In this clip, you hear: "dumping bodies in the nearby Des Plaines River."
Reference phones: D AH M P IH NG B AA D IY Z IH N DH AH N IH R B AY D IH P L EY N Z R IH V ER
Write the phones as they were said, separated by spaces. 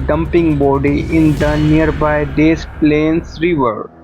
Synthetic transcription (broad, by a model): D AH M P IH NG B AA D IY IH N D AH N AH R B AY D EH P L EY N S R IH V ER